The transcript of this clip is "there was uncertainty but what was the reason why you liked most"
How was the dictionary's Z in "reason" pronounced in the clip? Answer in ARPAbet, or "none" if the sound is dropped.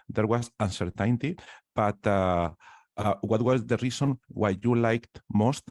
S